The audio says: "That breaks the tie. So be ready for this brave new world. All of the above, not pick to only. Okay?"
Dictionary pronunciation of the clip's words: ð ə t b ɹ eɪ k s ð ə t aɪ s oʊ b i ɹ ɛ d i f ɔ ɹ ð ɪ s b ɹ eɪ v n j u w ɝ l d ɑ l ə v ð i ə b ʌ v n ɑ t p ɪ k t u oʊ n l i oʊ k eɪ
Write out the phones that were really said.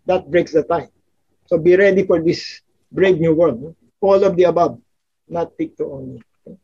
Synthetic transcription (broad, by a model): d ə t b ɹ eɪ k s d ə t aɪ s oʊ b i ɹ ɛ d i f ɔ ɹ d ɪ s b ɹ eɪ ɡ n j u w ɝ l ɑ l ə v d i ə b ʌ b n ɑ t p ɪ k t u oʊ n i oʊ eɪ